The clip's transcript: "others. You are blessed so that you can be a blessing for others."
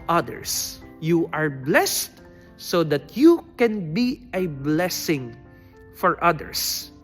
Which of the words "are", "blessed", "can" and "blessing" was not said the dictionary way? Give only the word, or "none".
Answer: none